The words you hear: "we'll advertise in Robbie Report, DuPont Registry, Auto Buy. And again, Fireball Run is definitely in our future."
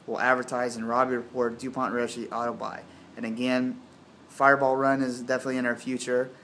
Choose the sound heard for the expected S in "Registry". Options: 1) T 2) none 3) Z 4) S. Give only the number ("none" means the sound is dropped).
2